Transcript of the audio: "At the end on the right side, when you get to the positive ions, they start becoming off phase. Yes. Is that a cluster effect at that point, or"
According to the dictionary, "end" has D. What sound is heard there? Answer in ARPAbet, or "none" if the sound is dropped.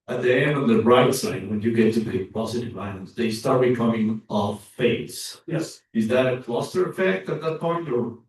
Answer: D